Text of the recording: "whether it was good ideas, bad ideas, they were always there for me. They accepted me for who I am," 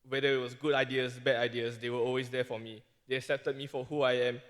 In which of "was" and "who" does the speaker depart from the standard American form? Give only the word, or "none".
was